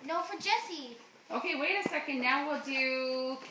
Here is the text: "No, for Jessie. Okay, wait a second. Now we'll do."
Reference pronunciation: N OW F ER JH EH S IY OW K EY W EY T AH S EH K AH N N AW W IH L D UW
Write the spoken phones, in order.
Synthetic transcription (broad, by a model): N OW F ER JH EH S IY OW K EY W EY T AH S EH K AH N N AW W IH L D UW